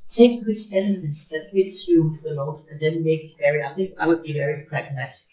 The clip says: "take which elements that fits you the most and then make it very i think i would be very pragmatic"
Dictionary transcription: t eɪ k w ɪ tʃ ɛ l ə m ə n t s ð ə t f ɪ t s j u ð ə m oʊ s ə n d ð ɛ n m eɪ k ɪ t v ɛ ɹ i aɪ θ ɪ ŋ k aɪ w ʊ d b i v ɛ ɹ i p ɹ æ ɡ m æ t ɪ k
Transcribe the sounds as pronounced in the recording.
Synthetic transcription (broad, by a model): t eɪ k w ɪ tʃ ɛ n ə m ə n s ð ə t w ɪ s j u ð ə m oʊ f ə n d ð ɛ n m eɪ k ɪ t v ɛ ɹ i aɪ θ ɪ ŋ k aɪ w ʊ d b i v ɛ ɹ i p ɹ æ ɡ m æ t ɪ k